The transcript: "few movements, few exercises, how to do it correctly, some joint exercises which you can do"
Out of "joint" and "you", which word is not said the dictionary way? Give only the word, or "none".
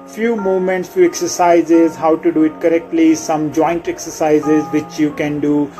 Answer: none